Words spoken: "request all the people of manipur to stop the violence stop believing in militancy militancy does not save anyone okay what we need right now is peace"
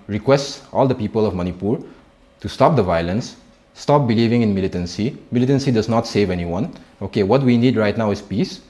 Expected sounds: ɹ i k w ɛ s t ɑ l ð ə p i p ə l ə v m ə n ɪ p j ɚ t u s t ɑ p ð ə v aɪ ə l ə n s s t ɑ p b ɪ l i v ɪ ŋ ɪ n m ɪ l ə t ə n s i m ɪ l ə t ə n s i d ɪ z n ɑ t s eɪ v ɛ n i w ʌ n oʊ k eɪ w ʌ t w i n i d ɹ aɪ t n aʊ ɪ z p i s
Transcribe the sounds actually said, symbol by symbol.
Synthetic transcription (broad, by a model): ɹ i k w ɛ s t ɑ l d ə p i p ə l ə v m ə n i p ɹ t u s t ɑ p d ə v aɪ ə l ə n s s t ɑ p b ɪ l i v ɪ ŋ ɪ n m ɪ l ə t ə n s i m ɪ l ə t ə n s i d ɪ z n ɑ t s eɪ v ɛ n i w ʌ n oʊ k eɪ w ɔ t w i n i d ɹ aɪ t n aʊ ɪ s p i s